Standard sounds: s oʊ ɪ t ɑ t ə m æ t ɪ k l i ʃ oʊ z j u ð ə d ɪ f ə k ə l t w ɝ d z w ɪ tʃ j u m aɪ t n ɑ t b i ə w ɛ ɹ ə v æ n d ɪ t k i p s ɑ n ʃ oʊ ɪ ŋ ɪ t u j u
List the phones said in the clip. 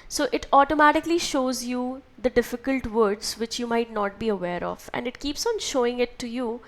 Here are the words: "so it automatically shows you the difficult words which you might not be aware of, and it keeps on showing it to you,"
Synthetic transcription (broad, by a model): s oʊ ɪ t ɑ t ə m æ t ɪ k l i ʃ oʊ z j u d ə d ɪ f ə k ə l t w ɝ d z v ɪ tʃ j u m aɪ t n ɑ t b i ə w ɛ ɹ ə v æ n d ɪ t k i p s ɑ n ʃ oʊ ɪ ŋ ɪ t u j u